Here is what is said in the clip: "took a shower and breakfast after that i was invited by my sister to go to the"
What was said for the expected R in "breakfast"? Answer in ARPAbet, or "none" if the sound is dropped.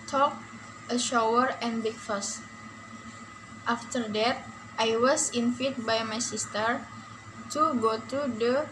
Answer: none